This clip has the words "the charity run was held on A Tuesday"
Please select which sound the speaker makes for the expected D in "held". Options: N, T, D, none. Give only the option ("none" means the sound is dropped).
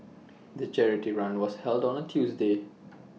D